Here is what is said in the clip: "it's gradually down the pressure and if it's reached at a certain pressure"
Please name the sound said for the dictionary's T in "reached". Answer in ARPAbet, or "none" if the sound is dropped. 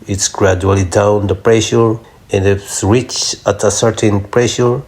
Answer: none